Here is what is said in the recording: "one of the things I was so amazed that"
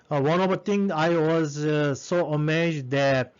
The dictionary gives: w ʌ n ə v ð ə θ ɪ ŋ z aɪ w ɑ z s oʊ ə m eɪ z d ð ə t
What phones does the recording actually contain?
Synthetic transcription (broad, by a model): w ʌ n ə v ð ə t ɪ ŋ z aɪ w ɑ z s oʊ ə m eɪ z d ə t